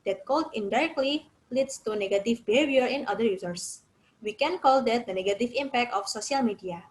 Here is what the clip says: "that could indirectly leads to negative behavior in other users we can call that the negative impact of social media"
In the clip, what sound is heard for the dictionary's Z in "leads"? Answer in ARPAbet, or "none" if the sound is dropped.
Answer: S